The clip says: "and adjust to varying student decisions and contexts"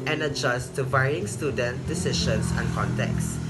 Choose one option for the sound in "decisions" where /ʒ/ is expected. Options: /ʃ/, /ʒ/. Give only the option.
/ʃ/